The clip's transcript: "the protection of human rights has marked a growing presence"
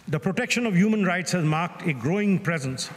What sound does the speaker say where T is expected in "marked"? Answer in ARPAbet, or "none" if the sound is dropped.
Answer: T